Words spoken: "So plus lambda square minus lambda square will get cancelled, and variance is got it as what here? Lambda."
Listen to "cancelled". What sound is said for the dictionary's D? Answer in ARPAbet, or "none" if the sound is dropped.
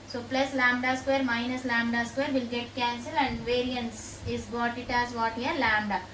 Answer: none